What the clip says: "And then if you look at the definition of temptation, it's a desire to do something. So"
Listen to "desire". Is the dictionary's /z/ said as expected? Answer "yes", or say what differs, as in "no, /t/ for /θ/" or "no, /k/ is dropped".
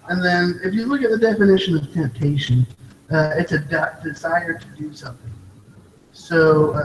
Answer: yes